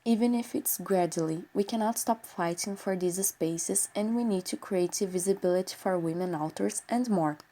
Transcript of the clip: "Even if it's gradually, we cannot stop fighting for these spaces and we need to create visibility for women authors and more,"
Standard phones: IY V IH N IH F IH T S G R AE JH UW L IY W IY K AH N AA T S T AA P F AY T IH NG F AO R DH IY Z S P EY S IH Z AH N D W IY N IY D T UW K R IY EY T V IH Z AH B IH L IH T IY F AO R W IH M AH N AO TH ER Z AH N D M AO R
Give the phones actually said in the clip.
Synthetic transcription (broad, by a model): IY V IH N IH F IH T S G R AE JH UW L IY W IY K AH N AA T S T AA P F AY T IH NG F AO R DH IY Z S P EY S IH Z AH N D W IY N IY D T UW K R IY EY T V IH Z AH B IH L IH T IY F AO R W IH M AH N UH T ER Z AH N D M AO R